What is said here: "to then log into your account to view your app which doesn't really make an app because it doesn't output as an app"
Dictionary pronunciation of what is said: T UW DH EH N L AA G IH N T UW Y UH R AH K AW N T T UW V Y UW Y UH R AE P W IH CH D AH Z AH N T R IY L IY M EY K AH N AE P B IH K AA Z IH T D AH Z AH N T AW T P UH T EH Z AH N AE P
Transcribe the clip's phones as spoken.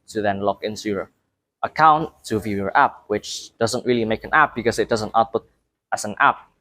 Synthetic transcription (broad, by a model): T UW DH EH N L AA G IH N S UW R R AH K AW N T T UW V Y UW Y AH R AE P W IH CH D AH Z AH N T R IY L IY M EY K AH N AE P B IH K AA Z IH T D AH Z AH N T AW T P UH T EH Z AH N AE P